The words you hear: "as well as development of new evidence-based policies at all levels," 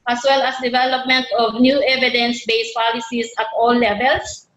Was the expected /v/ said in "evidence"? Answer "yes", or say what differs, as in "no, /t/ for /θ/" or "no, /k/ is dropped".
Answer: yes